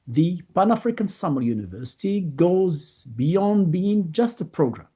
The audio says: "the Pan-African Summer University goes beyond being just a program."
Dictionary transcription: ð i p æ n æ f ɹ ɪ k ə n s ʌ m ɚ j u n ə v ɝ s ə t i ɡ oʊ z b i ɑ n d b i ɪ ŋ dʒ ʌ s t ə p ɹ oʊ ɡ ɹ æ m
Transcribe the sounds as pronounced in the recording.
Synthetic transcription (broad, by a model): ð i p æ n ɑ f ɹ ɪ k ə n s ʌ m ɚ j u n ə v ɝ s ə t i ɡ oʊ z b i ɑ n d b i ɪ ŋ dʒ ʌ s t ə p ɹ oʊ ɡ ɹ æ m